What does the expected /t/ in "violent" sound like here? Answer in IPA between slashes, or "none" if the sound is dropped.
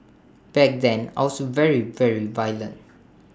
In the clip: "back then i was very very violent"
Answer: /t/